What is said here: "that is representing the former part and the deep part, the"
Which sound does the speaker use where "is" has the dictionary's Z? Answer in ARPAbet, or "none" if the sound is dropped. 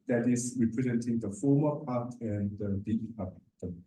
S